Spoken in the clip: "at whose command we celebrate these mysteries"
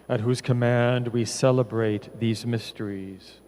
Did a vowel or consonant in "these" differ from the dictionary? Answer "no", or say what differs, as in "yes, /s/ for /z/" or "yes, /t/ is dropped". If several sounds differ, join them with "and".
no